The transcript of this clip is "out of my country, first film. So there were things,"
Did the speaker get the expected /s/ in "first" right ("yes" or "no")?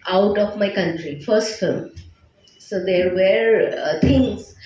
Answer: yes